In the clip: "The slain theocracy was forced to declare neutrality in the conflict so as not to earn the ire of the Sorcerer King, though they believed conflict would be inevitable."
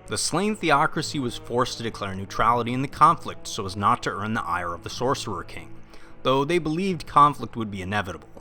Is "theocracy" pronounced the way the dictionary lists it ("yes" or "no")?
yes